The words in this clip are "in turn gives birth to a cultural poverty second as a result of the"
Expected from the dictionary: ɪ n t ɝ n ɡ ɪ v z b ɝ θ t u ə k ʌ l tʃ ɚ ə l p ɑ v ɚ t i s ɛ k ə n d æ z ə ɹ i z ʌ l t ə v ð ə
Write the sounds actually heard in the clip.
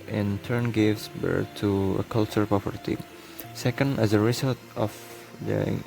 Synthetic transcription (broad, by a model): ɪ n t ɝ n ɡ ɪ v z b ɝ t u ə k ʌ l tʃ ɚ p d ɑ p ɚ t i s ɛ k ə n d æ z ə ɹ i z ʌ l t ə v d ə